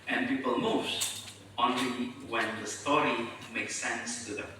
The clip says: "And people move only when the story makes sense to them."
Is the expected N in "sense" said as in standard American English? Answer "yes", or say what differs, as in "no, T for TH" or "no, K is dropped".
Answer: yes